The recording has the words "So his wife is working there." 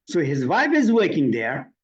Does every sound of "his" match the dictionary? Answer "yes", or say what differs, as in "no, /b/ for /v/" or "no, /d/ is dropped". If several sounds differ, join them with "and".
yes